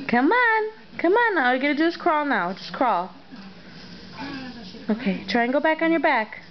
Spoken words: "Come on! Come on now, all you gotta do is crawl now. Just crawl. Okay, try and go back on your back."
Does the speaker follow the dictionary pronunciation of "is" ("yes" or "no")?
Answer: no